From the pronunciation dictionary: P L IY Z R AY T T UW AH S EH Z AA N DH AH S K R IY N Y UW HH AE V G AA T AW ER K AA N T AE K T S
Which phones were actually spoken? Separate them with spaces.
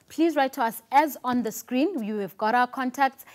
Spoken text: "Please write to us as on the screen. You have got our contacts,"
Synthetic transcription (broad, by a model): P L IY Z R AY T T UW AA S EH Z AA N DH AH S K R IY N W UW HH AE V G AA T AW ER K AA N T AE K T S